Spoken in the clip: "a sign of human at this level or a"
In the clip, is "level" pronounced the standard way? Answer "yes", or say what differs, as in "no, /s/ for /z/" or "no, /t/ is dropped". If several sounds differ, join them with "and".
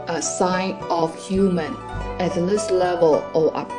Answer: yes